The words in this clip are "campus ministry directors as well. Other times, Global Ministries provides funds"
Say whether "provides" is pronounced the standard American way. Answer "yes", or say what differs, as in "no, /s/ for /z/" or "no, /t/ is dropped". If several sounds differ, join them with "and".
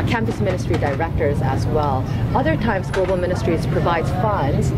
no, /z/ is dropped